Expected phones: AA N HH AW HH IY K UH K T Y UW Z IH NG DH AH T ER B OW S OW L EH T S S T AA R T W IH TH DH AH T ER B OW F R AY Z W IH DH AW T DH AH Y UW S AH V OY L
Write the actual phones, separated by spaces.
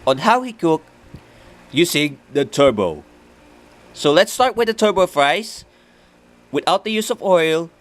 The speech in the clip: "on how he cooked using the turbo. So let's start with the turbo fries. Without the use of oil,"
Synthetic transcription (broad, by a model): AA N HH AW HH IY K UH K Y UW S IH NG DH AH T ER B OW S OW L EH T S S T AA R T W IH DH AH T ER B OW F R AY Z W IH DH AW T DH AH Y UW S AH V OY L